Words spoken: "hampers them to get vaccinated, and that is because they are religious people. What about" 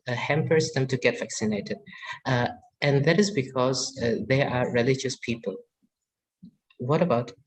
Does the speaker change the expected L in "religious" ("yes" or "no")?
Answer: no